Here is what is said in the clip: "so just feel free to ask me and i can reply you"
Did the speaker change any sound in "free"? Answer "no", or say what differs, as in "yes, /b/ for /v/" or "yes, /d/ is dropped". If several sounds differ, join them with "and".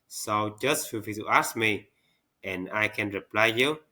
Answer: yes, /ɹ/ is dropped